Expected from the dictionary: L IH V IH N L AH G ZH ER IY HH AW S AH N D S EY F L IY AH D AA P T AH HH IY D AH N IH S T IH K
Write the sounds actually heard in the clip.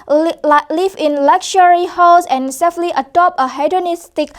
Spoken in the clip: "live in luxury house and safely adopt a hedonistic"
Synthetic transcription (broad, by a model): L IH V IH N L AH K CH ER IY HH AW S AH N S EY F L IY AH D AA P AH HH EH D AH N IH S T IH K